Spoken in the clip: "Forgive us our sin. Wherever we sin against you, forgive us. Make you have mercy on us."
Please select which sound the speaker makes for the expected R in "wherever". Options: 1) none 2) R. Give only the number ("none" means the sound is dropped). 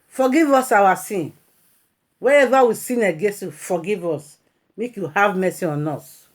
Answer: 1